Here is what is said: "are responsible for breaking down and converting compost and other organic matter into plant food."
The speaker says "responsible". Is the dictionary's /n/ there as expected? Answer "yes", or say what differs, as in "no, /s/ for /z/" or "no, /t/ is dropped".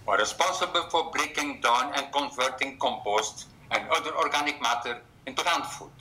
no, /n/ is dropped